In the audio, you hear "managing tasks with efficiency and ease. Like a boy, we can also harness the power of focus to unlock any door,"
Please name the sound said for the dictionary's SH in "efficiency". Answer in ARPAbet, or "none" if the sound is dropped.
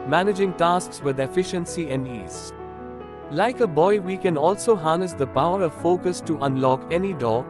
SH